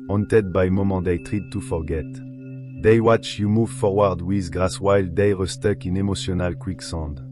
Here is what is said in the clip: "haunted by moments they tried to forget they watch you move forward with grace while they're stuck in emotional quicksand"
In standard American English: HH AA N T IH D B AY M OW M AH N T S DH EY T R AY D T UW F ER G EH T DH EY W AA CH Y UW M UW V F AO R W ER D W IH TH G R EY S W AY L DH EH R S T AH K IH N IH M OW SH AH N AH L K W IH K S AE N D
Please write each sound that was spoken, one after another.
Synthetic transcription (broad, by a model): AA N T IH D B AY M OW M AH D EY T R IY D T UW F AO G EH T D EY W AA CH Y UW M UW V F AO R W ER D W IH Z G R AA S W AY L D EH R S T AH K IH N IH M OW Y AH N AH L K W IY K S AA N D